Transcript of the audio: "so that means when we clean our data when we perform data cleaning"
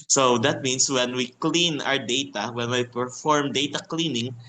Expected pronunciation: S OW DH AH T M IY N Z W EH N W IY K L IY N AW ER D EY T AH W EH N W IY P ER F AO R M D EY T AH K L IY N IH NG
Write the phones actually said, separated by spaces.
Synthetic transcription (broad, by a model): S OW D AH T M IY N S W EH N W IY K L IY N AW ER D EY T AH W EH N W IY P ER F AO R M D EY T AH K L IY N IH NG